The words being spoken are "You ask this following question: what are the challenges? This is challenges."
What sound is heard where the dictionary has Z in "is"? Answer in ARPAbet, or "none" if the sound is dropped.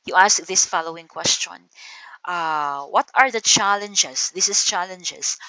S